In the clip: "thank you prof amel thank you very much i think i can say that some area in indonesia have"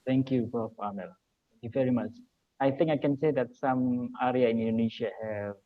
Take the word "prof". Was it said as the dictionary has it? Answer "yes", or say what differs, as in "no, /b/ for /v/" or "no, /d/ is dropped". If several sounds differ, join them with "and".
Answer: no, /ɹ/ is dropped